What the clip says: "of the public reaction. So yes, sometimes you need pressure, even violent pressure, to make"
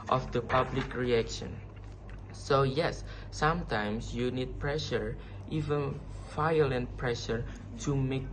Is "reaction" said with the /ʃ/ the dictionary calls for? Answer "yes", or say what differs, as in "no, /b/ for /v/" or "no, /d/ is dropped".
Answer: yes